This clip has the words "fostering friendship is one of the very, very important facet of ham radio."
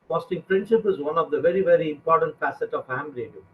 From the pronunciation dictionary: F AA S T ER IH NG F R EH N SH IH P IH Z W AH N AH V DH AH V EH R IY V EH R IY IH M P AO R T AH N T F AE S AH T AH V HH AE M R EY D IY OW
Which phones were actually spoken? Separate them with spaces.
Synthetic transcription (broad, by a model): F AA S T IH NG P R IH N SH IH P IH Z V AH N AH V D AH V EH R IY V EH R IY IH M P AO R T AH N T F AE S AH T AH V HH AE M R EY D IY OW